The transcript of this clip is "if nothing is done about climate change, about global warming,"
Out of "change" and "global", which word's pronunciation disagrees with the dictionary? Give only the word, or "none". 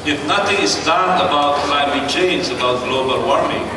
change